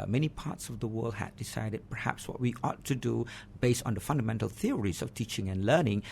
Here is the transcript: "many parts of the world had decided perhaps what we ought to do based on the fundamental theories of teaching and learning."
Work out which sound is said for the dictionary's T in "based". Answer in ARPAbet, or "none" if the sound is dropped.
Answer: T